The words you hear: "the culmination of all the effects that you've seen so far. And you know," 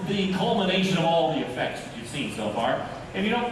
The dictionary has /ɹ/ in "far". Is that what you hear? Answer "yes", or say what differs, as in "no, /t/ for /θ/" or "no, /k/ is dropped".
yes